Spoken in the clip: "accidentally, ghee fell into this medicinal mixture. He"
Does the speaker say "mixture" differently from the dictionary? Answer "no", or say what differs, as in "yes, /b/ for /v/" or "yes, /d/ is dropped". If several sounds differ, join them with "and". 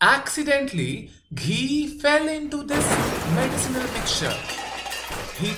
yes, /s/ is dropped